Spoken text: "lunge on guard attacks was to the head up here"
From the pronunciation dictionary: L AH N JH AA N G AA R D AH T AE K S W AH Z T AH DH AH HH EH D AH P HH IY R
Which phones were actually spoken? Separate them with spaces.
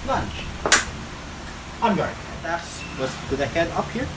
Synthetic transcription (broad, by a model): L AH N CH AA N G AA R AH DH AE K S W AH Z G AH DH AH HH EH D AH P HH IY R